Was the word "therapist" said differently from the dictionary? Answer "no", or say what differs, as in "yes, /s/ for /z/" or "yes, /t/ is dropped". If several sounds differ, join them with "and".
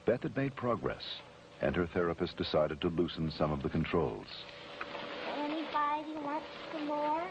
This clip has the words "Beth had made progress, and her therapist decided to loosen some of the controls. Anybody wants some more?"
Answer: no